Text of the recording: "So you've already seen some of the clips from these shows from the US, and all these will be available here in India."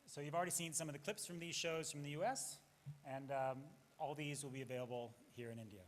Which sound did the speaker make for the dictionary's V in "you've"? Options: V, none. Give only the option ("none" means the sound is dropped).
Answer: V